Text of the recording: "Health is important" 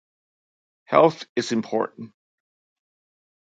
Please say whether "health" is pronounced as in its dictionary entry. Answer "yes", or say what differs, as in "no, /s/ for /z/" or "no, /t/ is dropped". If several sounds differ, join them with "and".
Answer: yes